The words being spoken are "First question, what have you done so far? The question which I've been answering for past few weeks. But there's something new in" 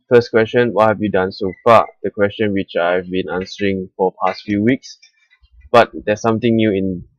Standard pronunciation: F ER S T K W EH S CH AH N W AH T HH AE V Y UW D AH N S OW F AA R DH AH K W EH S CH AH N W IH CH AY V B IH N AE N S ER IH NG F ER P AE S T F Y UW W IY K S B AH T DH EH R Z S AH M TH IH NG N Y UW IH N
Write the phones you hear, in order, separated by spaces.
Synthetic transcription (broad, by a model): F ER S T K W EH S CH AH N W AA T HH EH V Y UW D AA N S OW F AA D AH K W EH S CH AH N W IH CH AY V B IH N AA N S ER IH NG F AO P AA S T F Y UW W IY K S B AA T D EH S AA M T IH NG N Y UW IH N